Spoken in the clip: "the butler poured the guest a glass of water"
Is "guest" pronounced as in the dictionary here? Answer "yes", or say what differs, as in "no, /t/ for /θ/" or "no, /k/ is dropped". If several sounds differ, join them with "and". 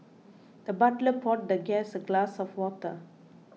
no, /t/ is dropped